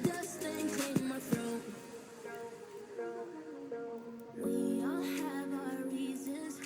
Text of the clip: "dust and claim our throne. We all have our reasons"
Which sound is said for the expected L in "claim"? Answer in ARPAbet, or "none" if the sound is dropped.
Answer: none